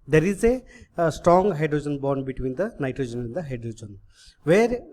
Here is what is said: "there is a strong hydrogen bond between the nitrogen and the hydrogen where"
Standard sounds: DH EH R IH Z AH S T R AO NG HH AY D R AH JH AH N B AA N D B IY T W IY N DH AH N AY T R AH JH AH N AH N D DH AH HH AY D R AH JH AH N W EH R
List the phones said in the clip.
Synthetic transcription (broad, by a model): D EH R IH Z AH S T R AO NG HH AY D R AH JH AH N B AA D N B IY T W IY N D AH N AY T R AH JH AH N AH N D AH HH AY D R AH JH AH N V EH R